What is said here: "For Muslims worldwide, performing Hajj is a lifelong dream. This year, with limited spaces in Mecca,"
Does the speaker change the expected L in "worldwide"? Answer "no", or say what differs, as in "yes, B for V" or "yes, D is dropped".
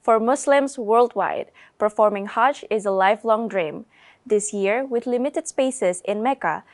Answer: no